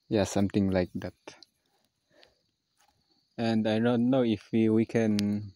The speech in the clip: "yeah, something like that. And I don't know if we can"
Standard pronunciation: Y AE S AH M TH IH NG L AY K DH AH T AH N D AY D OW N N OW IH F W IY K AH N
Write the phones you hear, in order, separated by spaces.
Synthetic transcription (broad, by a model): Y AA S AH M T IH NG L AY K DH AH T AH N D AY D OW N N OW IH F W IY K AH N